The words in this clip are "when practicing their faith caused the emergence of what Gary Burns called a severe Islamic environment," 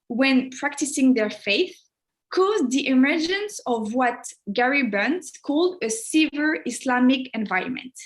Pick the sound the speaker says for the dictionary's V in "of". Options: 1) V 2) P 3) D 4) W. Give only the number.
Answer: 1